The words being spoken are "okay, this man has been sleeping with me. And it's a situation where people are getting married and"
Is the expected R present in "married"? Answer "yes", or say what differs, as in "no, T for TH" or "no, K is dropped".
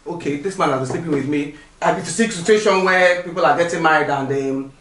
no, R is dropped